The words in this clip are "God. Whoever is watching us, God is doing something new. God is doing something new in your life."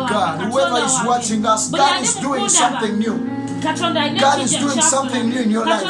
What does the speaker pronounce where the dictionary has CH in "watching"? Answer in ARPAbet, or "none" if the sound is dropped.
CH